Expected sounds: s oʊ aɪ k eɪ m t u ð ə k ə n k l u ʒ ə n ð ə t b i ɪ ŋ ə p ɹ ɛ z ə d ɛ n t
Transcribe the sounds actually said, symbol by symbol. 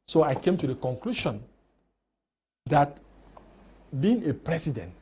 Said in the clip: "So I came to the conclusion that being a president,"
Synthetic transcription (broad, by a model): s oʊ aɪ k eɪ m t u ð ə k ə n k l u ʃ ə n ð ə t b i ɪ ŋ ə p ɹ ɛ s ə d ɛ n t